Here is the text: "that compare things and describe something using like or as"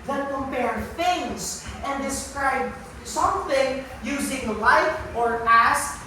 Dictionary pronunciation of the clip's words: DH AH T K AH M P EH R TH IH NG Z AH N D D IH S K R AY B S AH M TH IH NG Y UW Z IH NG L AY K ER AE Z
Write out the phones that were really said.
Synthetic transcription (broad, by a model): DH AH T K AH M P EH R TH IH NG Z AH N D D IH S K R AY B S AH M TH IH NG Y UW Z IH NG L AY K ER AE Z